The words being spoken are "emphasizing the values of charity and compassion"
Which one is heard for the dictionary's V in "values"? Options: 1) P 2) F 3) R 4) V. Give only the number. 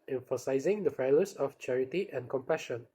2